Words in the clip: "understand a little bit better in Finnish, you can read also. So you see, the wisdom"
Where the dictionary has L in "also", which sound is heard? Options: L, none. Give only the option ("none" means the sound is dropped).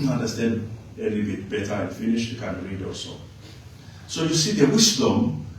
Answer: none